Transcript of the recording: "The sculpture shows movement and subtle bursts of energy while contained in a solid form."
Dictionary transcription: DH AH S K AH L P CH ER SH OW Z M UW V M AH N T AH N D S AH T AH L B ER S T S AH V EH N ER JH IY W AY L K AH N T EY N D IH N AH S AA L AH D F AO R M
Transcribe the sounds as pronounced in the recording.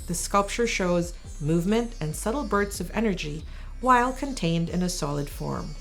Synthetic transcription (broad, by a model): DH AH S K AH L P CH ER SH OW Z M UW V M AH N T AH N S AH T L B ER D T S AH V EH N ER JH IY W AY L K AH N T EY N D IH N AH S AA L AH D F AO R M